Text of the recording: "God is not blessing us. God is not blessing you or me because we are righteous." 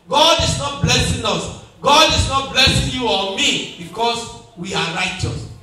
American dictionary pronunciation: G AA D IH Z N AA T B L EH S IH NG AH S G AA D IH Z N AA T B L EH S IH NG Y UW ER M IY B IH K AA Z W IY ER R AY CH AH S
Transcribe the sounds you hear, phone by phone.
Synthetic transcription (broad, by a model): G AA D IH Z N AA T B L EH S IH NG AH S G AA D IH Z N AA T B L EH S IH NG Y UW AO M IY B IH K AA S W IY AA R AY CH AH S